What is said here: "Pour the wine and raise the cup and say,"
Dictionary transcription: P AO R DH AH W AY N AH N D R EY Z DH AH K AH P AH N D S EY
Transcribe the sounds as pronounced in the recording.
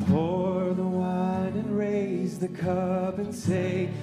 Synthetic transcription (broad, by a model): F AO R DH AH W AY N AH N R EY Z DH AH K AH B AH N S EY